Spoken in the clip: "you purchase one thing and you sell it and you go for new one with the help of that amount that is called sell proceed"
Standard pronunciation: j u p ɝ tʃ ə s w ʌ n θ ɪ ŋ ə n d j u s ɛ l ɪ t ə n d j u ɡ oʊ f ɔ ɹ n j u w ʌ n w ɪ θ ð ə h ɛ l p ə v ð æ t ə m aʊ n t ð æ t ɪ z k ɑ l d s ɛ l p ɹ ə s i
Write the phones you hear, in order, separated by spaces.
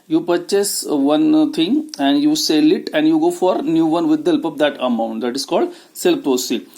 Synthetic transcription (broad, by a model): j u p ɝ tʃ ə s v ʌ n t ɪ ŋ ə n d j u s ɛ l ɪ t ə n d j u ɡ oʊ f ɔ ɹ n j u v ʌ n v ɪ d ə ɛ l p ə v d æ t ə m aʊ n t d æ t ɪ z k ɑ l d s ɛ l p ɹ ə s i